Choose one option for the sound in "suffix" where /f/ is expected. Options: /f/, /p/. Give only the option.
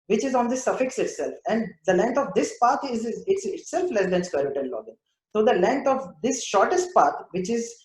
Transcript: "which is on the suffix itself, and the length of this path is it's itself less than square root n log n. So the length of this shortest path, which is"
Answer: /f/